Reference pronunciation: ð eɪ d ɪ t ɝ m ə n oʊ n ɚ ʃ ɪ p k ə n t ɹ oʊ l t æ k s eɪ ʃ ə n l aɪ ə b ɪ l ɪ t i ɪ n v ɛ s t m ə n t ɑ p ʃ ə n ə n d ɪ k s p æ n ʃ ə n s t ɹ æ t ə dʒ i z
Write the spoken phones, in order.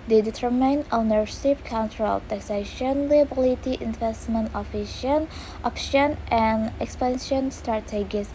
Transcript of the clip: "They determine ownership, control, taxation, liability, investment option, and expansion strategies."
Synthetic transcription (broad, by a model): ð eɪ d ɪ t ɝ m ə n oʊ n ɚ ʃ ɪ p k ə n t ɹ oʊ l t æ k s eɪ ʃ ə n l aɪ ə b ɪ l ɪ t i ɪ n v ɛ s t m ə n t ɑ f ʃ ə n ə n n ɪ k s p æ n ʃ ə n s t ɹ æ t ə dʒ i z